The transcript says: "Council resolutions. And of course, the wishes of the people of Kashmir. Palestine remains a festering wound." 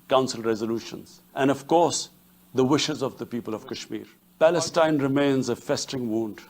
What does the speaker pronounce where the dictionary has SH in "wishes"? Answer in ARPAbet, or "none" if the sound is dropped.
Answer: SH